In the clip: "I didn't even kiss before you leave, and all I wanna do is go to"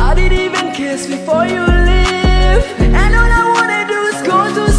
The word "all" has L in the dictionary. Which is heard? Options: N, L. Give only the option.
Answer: N